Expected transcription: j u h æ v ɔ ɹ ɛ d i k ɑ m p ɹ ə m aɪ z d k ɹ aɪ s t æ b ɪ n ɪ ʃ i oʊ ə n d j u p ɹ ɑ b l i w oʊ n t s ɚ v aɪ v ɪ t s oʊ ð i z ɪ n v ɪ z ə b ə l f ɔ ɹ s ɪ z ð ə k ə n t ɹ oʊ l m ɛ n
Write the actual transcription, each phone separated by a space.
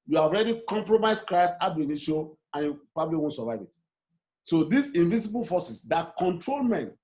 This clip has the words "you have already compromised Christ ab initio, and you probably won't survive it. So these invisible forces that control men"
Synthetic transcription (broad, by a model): j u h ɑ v ɔ ɹ ɛ d i k ɑ m p ɹ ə m aɪ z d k ɹ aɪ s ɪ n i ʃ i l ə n j u p ɹ ɑ b l i w oʊ n t s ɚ v aɪ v ɪ t s oʊ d i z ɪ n v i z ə b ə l f ɔ s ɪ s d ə k ə n t ɹ oʊ l m ɛ n